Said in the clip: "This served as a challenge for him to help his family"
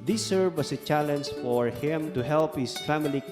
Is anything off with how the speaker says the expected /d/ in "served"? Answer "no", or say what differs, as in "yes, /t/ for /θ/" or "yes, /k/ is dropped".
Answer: yes, /d/ is dropped